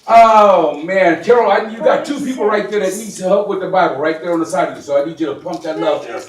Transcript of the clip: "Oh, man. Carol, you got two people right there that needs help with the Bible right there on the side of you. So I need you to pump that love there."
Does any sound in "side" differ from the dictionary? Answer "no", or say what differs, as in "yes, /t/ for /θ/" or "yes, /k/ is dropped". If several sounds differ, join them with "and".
no